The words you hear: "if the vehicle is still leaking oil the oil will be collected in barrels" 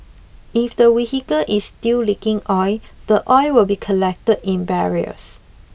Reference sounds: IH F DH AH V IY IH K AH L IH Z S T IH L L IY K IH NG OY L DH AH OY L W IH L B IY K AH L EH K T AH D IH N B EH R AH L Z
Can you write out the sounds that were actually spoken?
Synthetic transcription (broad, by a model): IH F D AH W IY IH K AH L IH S T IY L L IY K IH NG OY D AH OY W IH L B IY K AH L EH K T AH D IH N B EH R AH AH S